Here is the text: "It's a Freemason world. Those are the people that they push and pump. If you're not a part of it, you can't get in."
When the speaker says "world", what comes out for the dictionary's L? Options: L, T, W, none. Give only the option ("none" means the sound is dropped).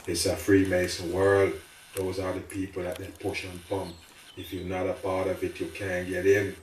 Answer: L